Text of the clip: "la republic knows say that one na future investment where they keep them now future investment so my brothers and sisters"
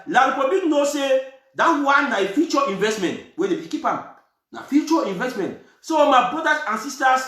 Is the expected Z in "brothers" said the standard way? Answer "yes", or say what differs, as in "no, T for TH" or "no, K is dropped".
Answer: no, S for Z